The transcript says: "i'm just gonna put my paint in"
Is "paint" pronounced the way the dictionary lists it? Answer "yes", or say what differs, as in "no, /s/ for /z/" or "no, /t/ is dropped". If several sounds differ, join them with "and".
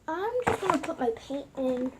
no, /n/ is dropped